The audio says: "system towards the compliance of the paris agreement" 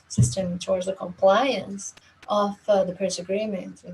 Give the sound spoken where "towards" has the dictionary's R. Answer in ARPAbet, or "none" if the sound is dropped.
R